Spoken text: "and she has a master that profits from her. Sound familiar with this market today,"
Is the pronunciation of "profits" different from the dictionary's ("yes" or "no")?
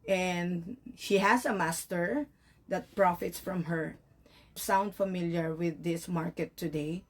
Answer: no